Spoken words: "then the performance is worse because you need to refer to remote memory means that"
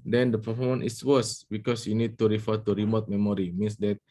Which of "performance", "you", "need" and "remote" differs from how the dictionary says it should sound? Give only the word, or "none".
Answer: performance